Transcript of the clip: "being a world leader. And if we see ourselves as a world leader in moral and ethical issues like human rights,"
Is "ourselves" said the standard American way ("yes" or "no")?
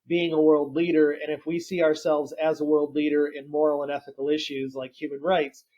yes